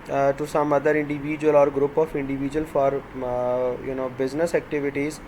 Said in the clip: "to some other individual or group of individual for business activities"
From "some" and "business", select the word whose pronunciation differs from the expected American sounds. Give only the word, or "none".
none